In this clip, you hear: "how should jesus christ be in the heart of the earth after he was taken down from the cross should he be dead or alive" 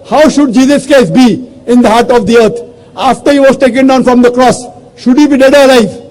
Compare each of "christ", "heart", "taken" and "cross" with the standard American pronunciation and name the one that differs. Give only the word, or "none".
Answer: christ